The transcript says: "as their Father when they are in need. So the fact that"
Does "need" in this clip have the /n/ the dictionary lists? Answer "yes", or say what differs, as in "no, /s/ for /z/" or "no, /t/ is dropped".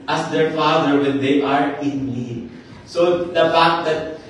no, /l/ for /n/